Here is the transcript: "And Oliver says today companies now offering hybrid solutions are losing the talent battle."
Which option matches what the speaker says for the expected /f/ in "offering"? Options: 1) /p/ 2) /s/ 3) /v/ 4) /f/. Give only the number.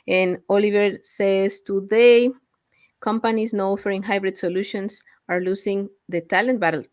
4